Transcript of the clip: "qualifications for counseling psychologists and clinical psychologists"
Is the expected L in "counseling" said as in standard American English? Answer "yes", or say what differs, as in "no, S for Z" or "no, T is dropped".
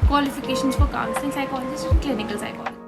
no, L is dropped